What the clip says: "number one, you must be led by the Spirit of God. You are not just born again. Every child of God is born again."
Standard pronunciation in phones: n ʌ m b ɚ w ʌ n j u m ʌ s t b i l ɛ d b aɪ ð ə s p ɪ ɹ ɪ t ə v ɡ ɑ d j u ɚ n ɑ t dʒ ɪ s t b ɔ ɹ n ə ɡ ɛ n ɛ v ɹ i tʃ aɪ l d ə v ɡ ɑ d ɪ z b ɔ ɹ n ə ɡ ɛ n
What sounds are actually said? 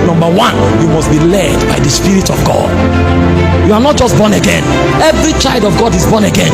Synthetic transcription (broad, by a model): n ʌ m b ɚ w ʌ n j u m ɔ s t b i l ɛ d b aɪ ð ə s p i ɹ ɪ t ə v ɡ ɑ d j u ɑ n ɑ t dʒ ɪ s t b ɔ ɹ n ə ɡ ɛ n ɛ v ɹ i tʃ aɪ l d ə v ɡ ɑ d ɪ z b ɔ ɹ n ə ɡ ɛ n